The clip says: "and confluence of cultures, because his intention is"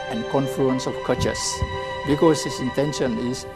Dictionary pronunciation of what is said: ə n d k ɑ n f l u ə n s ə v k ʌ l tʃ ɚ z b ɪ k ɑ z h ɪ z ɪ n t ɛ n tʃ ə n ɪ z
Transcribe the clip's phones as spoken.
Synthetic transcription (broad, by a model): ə n k ɑ n f l u ə n s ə f k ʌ tʃ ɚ s b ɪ k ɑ s h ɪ s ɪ n t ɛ n ʃ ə n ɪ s